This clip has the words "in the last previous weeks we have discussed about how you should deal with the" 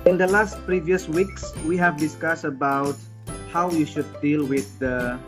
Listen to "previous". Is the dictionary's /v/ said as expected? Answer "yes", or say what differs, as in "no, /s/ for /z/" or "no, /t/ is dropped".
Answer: yes